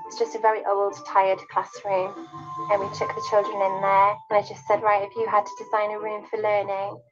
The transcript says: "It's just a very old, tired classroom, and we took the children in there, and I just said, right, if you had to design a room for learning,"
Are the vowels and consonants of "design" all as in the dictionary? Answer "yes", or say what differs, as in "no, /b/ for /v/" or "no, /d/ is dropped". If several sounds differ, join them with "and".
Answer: yes